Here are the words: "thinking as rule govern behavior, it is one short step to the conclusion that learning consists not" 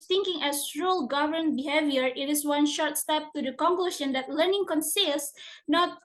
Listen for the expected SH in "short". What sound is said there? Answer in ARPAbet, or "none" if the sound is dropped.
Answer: SH